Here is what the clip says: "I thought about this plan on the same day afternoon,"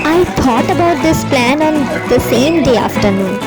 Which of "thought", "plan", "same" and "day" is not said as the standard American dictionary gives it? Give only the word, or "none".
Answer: thought